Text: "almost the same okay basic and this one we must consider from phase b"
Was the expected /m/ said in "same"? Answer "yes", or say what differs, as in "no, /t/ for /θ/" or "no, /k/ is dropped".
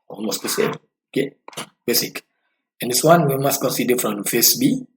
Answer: no, /m/ is dropped